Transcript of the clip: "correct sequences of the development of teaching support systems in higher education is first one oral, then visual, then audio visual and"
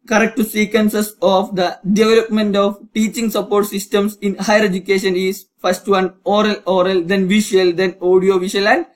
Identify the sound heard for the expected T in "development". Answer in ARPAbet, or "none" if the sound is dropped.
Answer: T